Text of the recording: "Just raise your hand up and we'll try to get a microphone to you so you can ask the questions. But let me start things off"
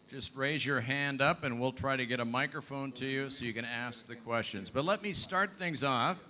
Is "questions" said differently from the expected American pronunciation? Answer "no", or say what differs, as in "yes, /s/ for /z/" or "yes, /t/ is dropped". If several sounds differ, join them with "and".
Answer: no